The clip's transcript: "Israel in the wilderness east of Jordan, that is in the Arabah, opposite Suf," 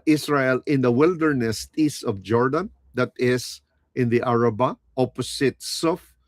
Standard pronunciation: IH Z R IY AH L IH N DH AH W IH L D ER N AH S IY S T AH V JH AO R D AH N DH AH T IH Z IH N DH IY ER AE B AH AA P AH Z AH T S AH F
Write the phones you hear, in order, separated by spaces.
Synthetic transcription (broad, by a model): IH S R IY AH L IH N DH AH W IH L D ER N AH S IY S T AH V JH AO R D AH N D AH T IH S IH N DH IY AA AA B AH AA P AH S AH T S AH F